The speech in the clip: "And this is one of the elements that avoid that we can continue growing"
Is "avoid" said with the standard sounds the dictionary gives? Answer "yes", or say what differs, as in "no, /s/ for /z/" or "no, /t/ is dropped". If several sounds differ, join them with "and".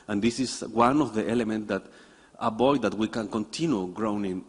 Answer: no, /b/ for /v/